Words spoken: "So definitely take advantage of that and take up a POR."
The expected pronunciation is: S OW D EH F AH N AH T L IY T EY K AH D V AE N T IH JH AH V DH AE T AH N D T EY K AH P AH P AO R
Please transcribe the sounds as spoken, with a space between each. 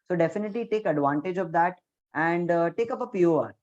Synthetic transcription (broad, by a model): S OW D EH F AH N AH T L IY T EY K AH D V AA N T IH JH AH V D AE T AH N D T EY K AH P AH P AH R